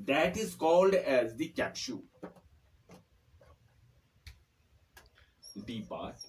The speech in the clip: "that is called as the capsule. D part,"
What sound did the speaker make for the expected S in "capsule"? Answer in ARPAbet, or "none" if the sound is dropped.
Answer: SH